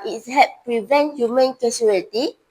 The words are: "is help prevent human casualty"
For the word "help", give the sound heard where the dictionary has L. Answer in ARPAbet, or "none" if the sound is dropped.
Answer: none